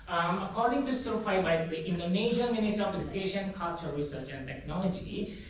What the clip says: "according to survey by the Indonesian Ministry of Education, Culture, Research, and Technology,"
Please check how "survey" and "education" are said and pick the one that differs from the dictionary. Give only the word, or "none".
survey